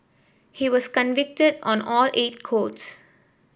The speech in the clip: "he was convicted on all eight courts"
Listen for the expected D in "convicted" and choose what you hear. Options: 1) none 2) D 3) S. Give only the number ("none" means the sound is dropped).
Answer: 2